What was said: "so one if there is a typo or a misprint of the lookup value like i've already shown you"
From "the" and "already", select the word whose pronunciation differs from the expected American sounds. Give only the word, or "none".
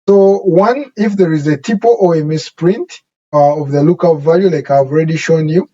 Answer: none